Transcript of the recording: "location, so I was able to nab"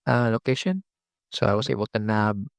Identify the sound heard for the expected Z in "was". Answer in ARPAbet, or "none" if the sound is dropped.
S